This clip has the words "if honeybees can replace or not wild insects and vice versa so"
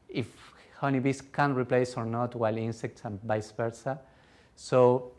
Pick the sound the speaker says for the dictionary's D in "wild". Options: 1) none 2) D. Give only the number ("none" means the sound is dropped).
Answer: 1